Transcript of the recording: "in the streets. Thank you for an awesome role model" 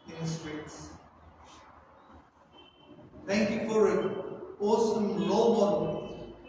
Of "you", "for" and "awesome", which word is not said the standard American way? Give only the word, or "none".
none